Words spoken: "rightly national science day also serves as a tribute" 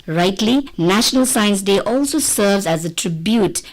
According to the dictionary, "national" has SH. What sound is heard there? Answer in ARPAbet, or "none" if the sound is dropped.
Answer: SH